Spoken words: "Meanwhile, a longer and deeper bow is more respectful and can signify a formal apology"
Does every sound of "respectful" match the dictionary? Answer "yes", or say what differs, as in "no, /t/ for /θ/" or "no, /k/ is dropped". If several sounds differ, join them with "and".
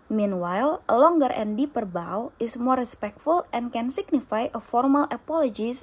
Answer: yes